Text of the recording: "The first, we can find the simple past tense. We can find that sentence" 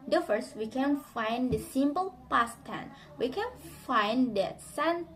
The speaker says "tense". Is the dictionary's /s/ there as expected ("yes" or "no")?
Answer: no